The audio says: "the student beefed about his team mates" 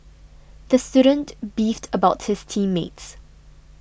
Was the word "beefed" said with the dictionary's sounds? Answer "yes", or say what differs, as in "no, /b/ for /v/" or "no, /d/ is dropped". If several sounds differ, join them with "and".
yes